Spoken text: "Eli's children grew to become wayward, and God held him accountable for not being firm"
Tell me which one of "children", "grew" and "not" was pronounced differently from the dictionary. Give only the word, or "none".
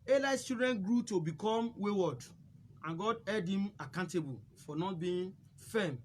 children